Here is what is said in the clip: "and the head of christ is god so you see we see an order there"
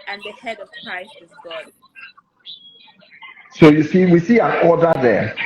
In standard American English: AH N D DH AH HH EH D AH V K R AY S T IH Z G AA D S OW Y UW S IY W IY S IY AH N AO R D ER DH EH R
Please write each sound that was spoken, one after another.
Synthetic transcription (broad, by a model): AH N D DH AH HH EH D AH V K R AY S T IH Z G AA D S OW Y UW S IY W IY S IY AH N AO D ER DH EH